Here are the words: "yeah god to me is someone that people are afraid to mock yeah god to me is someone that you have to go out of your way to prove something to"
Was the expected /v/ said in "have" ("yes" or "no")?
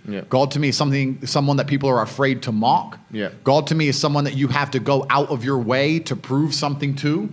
no